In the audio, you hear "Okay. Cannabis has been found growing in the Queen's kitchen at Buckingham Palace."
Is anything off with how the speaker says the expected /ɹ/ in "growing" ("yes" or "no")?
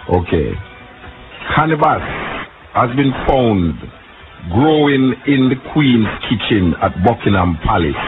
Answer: no